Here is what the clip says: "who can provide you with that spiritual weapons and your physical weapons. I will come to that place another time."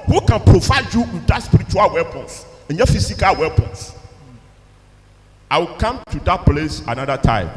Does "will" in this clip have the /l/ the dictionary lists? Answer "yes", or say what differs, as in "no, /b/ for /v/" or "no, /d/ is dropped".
yes